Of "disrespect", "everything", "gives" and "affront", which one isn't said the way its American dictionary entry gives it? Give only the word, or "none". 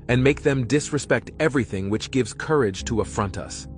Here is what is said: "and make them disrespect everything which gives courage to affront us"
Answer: none